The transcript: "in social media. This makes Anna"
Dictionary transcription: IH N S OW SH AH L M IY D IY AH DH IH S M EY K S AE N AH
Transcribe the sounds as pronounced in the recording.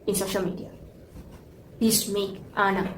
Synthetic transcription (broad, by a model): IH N S OW SH AH L M IY D IY AH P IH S M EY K AA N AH